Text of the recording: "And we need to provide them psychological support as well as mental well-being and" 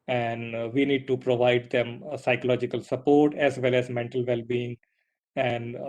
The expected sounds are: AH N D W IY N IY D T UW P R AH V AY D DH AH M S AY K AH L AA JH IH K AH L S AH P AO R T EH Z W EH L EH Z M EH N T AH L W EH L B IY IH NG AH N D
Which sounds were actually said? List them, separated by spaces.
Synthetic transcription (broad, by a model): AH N D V IY N IY D T UW P R AH V AY D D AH M S AY K AH L AA JH IH K AH L S AH P AO R T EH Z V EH L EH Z M EH N T AH L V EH L B IY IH NG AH N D